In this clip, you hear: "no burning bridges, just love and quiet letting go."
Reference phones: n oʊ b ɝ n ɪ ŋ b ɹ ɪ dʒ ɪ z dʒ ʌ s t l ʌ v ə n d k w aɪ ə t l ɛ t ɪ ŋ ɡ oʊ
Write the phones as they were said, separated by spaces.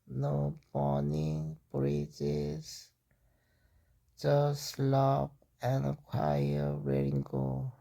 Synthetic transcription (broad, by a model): n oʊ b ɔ n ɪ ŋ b ɹ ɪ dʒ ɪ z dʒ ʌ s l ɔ p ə n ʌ k w aɪ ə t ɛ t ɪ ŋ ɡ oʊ